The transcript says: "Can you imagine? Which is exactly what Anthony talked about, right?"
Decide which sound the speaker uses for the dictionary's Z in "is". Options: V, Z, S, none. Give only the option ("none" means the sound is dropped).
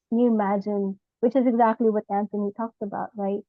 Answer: Z